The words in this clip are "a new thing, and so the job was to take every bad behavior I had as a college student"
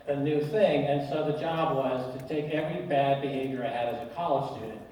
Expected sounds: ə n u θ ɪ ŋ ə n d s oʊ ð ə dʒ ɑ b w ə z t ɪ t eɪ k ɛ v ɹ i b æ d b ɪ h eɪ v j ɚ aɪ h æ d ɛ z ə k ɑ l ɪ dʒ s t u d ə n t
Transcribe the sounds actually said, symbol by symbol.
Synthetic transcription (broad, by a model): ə n u θ ɪ ŋ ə n s oʊ ð ə dʒ ɑ b w ə z t ɪ t eɪ k ɛ v ɹ i b æ d b ɪ h eɪ v j ɚ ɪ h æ d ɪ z ə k ɑ l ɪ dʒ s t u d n